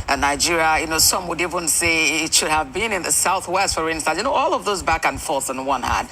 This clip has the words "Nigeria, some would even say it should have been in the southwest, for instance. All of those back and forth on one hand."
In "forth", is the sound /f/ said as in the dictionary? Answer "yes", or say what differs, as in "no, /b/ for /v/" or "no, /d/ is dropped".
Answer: yes